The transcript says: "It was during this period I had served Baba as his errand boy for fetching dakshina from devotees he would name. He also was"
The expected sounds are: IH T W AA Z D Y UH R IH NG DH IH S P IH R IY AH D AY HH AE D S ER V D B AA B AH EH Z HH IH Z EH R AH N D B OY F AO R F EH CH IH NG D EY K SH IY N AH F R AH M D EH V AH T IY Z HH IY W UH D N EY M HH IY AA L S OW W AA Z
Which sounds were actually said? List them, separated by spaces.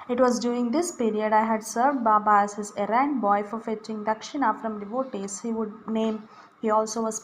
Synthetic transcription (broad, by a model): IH T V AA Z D Y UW IH NG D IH S P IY R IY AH D AY HH AE D S ER V D B AA B AH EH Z HH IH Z EH R AH N D B OY F AO R F EH CH IH NG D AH K SH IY N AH F R AH M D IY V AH T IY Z HH IY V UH D N EY M HH IY AA L S OW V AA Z